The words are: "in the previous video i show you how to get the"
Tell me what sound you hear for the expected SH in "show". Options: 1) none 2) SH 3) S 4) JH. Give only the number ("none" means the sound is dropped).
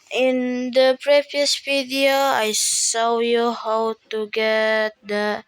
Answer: 3